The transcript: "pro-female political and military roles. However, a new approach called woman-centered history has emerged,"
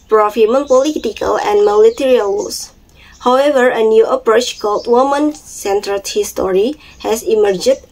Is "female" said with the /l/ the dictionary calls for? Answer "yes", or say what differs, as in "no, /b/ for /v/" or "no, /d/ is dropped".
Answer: no, /n/ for /l/